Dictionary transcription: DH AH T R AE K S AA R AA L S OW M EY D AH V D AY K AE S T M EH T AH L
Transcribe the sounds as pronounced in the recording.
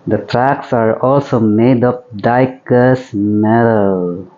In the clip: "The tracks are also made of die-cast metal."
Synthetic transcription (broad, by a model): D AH T R AE K S AA R AA L S OW M EY D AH P D AY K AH S M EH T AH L